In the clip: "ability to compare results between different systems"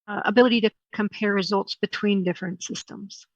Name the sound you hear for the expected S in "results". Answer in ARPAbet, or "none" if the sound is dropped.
S